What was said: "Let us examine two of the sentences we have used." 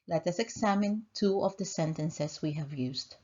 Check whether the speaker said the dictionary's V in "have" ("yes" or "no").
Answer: yes